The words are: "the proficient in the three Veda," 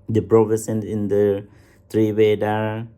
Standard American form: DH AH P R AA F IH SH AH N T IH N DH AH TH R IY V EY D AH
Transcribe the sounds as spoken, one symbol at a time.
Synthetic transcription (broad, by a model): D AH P R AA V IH S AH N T IH N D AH T R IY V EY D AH